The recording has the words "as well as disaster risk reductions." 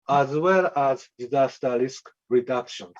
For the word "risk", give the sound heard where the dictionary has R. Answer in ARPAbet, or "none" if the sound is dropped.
L